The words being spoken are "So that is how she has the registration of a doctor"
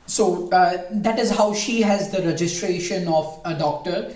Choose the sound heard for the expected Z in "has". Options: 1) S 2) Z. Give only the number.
2